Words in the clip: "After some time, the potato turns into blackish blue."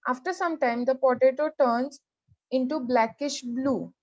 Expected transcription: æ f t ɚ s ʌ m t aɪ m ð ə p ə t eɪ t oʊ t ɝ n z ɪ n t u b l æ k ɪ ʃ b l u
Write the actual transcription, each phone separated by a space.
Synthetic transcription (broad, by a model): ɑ f t ɚ s ʌ m t aɪ m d ə p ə t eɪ t oʊ t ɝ n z ɪ n t u b l æ k ɪ ʃ b l u